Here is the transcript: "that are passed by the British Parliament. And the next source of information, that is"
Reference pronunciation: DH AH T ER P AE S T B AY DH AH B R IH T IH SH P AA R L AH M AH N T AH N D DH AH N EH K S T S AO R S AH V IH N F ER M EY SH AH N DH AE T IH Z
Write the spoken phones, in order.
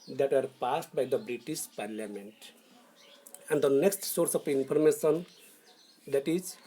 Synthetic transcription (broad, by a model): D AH T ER P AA S T B AY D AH B R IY T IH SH P AA R L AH M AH N T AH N D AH N EH K S T S AO R S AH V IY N P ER M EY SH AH N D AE T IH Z